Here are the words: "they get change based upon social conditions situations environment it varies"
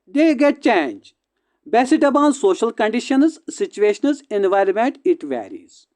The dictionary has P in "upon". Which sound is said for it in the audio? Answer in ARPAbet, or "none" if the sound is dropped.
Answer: B